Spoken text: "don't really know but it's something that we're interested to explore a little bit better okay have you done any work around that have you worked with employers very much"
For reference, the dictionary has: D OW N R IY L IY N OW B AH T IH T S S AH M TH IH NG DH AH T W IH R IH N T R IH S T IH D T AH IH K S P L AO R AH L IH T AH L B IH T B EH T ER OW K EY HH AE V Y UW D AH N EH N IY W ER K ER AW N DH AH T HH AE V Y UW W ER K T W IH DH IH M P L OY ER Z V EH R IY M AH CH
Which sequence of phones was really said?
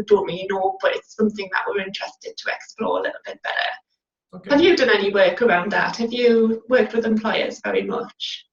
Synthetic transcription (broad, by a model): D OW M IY IY N OW B AH T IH T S S AH M TH IH NG DH AH T W IH R IH N T R IH S T IH D T AH IH K S P L AO R AH L IH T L B IH T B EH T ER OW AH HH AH V Y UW D AH N EH N IY W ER K ER AW N DH AH T HH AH V Y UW W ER K T W IH DH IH M P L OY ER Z V EH R IY M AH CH